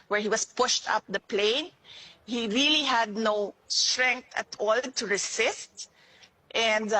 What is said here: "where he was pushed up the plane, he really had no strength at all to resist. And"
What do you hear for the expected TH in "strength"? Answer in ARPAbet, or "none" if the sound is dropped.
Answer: T